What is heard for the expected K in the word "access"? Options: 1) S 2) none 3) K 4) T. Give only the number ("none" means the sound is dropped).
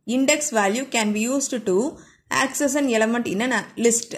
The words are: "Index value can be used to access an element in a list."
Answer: 3